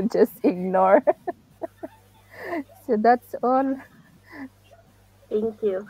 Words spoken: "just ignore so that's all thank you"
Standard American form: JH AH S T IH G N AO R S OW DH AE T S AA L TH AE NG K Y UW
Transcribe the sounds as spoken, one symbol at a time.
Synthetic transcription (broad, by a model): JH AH S T IH G N AO R S OW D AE T S AA L T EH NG K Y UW